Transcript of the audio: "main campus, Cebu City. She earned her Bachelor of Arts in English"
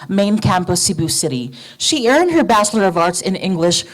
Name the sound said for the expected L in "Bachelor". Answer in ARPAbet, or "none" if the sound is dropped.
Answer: L